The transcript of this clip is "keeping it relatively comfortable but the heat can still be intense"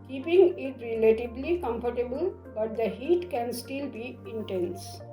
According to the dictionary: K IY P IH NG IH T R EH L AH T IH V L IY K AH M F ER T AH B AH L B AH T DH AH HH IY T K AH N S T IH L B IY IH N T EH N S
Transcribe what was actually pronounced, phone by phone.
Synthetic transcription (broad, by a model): K IY P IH NG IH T R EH L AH T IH B L IY K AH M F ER T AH B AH L B AH T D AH HH IY T K AH N S T IH L B IY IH N T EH N S